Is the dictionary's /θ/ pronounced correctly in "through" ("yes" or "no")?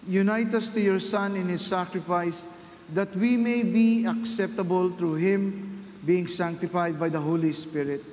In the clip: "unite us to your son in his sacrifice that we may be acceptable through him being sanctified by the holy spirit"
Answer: no